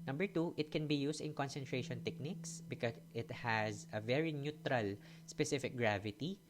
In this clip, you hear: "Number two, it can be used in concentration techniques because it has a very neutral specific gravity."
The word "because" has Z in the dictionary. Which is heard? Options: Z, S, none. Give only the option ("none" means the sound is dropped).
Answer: none